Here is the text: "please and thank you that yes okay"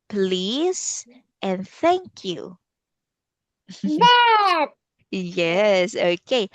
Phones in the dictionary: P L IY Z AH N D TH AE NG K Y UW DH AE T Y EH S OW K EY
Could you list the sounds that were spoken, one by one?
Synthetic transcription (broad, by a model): P L IY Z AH N TH AE NG K Y UW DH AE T Y EH S OW K EY